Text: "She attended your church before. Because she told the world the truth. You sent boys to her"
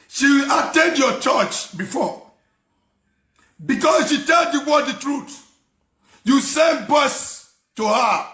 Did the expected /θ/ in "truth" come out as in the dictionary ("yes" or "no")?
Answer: no